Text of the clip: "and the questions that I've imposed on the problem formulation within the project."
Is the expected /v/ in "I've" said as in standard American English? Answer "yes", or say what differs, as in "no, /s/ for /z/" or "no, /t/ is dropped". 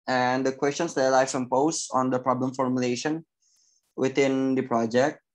no, /f/ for /v/